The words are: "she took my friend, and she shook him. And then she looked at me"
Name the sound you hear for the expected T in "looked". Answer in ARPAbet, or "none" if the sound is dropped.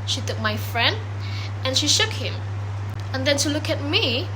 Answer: none